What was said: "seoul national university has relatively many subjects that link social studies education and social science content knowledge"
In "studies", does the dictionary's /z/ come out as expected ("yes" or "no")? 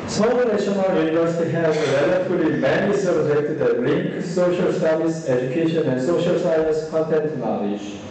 no